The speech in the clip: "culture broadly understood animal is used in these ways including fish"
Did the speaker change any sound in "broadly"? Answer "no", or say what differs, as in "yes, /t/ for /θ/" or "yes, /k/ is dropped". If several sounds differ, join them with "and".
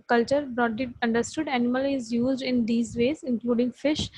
yes, /l/ is dropped